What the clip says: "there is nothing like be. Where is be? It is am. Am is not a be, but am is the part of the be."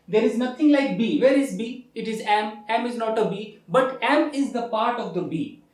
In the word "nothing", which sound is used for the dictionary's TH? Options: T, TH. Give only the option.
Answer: T